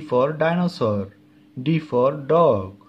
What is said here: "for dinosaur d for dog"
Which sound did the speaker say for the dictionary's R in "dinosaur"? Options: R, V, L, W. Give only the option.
R